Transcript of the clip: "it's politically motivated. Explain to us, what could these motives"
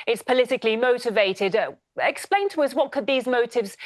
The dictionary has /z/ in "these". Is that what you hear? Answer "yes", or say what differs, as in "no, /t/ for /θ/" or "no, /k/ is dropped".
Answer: yes